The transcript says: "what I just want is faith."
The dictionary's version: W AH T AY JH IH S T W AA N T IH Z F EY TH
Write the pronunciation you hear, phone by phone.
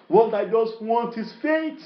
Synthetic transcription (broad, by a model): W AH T AY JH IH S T W AA N T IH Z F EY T